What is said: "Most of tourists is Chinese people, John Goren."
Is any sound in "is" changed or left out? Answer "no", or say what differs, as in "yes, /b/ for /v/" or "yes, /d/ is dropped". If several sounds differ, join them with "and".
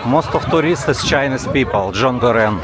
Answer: yes, /s/ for /z/